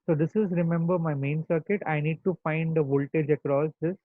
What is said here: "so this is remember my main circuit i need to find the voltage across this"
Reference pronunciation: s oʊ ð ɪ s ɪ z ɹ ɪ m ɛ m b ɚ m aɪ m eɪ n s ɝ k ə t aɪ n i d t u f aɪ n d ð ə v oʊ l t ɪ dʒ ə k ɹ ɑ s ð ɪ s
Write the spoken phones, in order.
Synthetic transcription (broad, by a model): s oʊ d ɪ s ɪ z ɹ ɪ m ɛ m b ɚ m aɪ m eɪ n s ɝ k ə t aɪ n i d t u f aɪ n d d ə v oʊ l t ɪ dʒ ə k ɹ ɑ s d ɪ s